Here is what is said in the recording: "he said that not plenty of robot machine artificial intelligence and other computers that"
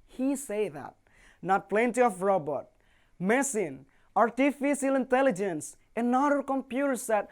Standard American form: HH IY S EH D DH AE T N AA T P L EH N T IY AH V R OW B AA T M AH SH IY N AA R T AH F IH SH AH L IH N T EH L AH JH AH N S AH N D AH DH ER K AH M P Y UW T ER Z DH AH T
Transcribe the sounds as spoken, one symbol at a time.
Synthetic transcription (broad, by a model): HH IY S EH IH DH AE T N AA T P L EH N T IY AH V R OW B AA T M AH S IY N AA R T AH F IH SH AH L IH N T EH L AH JH AH N S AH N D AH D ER K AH M P Y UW T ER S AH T